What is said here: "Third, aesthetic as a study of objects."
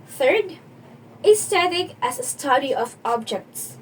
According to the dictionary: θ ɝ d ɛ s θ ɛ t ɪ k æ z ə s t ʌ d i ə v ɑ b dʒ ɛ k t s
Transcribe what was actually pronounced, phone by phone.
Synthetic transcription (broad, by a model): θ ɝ d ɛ s t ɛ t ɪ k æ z ə s t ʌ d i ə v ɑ b dʒ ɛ k t s